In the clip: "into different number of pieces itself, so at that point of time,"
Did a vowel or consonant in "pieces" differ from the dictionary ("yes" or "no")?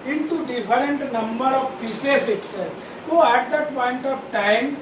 yes